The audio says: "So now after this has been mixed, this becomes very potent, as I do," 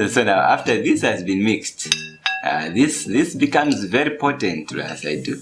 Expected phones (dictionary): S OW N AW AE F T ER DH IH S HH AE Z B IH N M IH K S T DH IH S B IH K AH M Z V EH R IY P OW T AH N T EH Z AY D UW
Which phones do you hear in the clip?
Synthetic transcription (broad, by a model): S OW N AW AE F T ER DH IH S HH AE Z B IH N M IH K S T DH IH S B IH K AH M Z V EH R IY P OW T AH N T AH S AY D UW